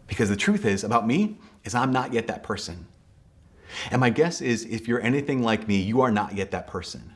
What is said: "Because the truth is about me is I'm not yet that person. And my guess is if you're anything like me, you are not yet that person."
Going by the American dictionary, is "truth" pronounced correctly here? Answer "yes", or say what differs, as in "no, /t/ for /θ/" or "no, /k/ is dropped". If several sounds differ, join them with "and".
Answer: yes